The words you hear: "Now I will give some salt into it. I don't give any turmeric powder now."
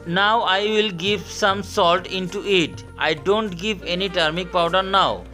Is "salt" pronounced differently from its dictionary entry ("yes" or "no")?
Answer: no